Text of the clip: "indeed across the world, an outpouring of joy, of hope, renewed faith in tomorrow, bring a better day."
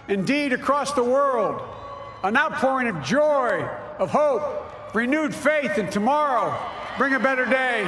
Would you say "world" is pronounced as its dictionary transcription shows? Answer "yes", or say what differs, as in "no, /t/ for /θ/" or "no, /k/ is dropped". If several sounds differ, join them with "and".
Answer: yes